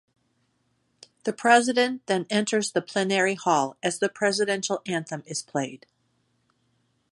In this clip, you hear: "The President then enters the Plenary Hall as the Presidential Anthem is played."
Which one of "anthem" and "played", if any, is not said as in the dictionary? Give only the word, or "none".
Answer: none